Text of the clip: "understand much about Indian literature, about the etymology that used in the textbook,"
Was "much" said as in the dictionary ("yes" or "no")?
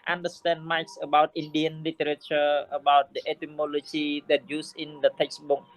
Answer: no